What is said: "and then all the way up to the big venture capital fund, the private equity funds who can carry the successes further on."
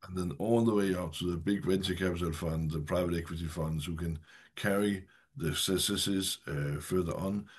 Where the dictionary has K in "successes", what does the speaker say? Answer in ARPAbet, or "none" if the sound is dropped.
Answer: none